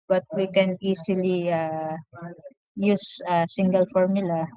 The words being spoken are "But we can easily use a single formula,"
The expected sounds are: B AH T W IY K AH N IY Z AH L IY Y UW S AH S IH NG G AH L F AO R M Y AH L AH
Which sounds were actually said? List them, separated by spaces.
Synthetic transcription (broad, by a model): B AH T W IY K AH N IY S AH L IY Y UW S AH S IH NG G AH L F AO R M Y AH L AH